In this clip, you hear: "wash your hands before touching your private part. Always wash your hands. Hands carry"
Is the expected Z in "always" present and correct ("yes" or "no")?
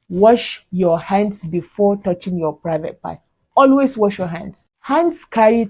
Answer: no